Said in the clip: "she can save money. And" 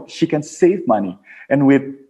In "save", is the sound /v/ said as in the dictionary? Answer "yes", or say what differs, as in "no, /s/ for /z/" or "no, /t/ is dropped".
yes